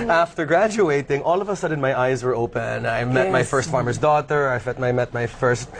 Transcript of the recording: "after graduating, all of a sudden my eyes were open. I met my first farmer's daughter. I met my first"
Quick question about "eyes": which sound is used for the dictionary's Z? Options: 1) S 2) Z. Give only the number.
2